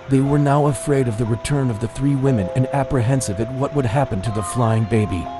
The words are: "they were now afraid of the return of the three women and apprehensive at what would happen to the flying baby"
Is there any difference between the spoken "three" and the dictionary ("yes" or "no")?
no